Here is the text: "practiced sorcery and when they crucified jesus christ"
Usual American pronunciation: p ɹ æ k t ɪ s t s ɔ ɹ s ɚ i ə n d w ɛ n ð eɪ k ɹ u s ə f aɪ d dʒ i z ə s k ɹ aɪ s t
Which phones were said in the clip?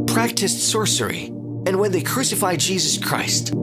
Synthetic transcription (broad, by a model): p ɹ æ k t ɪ s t s ɔ ɹ s ɚ i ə n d w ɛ n ð eɪ k ɹ u s ə f aɪ d dʒ i z ə s k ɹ aɪ s t